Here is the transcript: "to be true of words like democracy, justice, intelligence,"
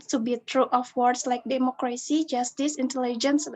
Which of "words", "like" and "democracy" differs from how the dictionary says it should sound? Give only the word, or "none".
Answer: words